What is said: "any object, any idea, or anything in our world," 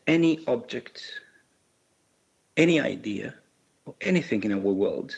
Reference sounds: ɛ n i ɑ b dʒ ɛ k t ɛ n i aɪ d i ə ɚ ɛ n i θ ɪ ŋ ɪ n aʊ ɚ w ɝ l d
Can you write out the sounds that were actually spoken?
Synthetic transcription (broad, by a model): ɛ n i ɑ b dʒ ɛ k t ɛ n i aɪ d i ə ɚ ɛ n i θ ɪ ŋ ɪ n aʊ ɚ w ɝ l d